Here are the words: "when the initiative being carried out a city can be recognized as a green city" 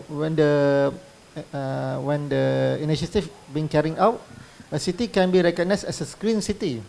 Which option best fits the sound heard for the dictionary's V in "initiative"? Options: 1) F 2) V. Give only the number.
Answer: 1